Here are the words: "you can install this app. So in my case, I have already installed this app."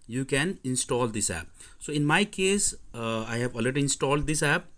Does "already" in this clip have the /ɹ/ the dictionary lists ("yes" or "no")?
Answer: no